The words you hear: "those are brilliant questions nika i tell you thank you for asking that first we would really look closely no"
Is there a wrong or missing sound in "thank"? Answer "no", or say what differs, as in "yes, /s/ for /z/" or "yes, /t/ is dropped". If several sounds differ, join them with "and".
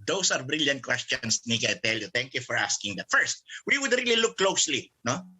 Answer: yes, /t/ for /θ/